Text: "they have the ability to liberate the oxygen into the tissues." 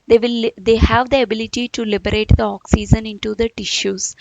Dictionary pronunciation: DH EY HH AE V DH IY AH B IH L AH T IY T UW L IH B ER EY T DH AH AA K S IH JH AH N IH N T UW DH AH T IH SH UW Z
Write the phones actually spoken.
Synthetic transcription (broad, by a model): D EY HH AE V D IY AH B IH L AH T IY T UW L IH B ER EY T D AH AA K S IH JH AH N IH N T UW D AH T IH SH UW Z